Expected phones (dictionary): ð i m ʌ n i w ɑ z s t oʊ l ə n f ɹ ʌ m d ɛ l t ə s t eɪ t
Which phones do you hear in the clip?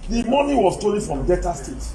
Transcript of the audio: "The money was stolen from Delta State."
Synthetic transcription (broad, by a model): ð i m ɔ n i w ɑ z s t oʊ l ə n f ɹ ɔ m d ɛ t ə s t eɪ t